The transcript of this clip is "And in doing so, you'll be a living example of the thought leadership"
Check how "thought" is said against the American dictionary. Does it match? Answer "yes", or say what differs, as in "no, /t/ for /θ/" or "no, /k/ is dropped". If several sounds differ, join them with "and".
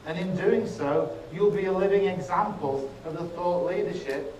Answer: yes